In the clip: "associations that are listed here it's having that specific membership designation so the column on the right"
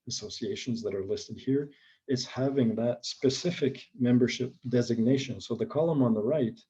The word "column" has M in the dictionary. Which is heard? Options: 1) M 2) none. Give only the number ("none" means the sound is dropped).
1